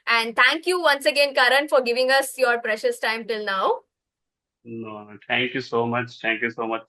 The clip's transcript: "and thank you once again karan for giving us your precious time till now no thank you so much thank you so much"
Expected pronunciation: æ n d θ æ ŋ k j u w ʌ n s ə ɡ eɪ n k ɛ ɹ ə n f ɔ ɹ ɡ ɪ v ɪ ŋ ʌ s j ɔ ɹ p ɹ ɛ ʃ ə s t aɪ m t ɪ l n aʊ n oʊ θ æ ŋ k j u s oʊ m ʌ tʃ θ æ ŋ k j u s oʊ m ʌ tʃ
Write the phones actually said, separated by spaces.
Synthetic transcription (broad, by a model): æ n d t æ ŋ k j u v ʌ n s ə ɡ eɪ n k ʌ ɹ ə n f ɔ ɹ ɡ ɪ v ɪ ŋ ʌ s j ɔ ɹ p ɹ ɛ ʃ ə s t aɪ m t ɪ l n aʊ n oʊ t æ ŋ k j u s oʊ m ʌ tʃ t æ ŋ k j u s oʊ m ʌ tʃ